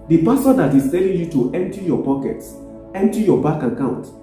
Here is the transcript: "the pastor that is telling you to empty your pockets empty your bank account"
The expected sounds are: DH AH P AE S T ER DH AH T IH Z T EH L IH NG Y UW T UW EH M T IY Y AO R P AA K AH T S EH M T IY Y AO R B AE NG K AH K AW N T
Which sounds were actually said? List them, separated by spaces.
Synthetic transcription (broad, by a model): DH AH P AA S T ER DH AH T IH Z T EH L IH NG Y UW T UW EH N T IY Y AO P AA K AH T S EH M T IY Y AO B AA K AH K AW N T